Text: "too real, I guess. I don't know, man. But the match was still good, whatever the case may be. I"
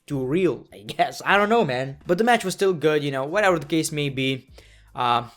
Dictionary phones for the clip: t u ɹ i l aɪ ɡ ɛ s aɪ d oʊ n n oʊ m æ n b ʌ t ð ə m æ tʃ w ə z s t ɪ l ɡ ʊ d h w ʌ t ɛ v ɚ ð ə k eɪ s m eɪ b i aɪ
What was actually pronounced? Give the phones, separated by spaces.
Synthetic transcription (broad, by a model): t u ɹ i l aɪ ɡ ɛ s aɪ d oʊ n n oʊ m æ n b ʌ t ð ə m æ tʃ w ə z s t ɪ l ɡ ʊ d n w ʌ t ɛ v ɚ ð ə k eɪ s m eɪ b i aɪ